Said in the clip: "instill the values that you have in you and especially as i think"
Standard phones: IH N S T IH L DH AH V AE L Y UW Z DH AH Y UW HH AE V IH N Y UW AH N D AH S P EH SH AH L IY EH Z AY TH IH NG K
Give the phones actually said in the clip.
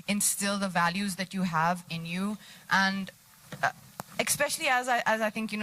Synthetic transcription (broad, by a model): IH N S T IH L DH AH V AE L Y UW Z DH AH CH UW HH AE V IH N Y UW AH N D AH S P EH SH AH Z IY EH Z AY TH IH NG K